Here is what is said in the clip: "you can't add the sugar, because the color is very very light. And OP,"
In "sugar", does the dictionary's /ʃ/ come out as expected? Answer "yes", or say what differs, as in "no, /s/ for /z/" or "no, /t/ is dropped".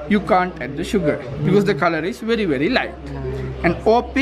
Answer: yes